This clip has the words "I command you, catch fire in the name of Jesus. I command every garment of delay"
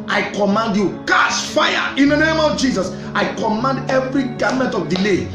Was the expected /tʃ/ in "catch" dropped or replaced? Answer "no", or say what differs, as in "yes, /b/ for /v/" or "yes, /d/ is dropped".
yes, /s/ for /tʃ/